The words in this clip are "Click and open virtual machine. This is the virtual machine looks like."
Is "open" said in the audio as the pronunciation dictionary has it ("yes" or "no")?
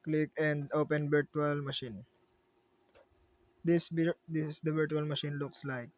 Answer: yes